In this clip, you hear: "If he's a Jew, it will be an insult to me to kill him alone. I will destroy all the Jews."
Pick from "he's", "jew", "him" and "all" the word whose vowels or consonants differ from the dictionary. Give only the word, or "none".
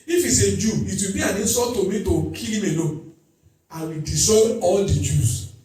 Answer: he's